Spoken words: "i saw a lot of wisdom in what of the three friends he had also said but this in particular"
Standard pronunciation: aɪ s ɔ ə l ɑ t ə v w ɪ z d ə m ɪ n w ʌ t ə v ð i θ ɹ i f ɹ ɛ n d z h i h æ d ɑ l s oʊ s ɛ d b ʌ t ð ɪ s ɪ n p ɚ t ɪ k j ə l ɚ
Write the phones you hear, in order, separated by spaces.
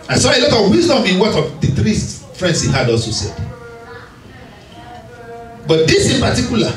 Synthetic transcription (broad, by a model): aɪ s ɔ ə l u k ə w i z d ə m ɪ n w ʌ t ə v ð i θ ɹ i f ɹ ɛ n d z h i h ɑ d ɑ l s oʊ s ɛ d b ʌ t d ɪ s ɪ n p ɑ t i k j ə l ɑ